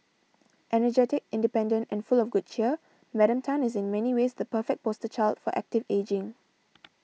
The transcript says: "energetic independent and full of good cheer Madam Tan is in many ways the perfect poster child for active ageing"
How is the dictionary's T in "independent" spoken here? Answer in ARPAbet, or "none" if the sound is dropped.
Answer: T